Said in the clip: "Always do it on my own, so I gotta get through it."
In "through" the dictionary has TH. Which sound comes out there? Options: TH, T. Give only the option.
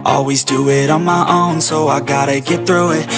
TH